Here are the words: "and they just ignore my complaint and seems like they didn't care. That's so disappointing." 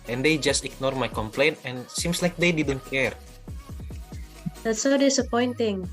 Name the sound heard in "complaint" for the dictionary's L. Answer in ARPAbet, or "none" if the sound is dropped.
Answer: L